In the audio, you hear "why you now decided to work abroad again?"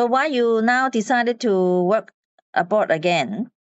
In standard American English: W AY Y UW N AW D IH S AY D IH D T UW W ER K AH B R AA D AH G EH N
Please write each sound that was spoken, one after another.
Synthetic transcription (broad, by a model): W AY Y UW N AW D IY S AY D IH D T UW W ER K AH B AA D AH G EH N